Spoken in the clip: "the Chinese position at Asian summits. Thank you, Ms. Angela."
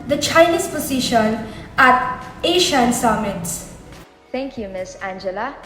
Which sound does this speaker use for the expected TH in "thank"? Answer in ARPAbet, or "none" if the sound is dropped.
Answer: T